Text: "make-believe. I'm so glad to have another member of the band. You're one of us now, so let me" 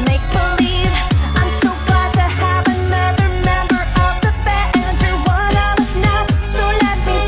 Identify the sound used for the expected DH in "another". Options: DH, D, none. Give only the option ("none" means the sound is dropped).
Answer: none